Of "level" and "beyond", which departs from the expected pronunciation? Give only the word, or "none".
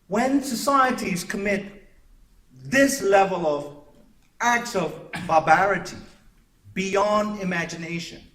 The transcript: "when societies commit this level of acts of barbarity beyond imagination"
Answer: none